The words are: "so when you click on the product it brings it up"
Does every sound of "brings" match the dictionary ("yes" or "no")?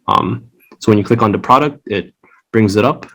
yes